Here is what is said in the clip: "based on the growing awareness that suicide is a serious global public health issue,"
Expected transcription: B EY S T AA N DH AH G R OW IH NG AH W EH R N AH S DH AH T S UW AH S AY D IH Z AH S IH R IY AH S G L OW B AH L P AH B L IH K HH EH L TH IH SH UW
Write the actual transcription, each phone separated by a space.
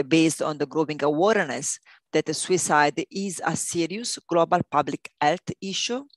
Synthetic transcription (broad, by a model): B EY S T AA N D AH G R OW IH NG AH W EH R N AH S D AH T S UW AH S AY D IH Z AH S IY R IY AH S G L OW B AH L P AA B L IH K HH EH L T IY SH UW